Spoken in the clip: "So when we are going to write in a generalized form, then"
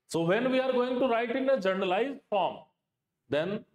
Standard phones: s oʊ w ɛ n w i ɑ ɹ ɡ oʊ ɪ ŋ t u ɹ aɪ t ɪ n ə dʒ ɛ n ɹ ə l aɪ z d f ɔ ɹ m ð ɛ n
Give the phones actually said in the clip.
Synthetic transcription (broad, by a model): s oʊ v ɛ n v i ɑ ɹ ɡ oʊ ɪ ŋ t u ɹ aɪ t ɪ n ə dʒ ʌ n ə l aɪ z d f ɔ ɹ m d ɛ n